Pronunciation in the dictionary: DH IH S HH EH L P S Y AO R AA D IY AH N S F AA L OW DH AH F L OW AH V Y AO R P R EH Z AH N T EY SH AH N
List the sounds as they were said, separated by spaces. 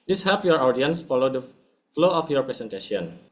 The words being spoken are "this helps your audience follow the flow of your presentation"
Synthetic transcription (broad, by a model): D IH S HH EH P Y AO R AA D IY AH N S F AA L OW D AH F L OW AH F Y AO R P R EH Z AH N T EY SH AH N